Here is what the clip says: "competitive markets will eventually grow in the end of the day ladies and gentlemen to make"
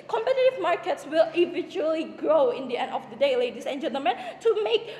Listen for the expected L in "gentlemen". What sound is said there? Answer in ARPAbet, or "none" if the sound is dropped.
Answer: none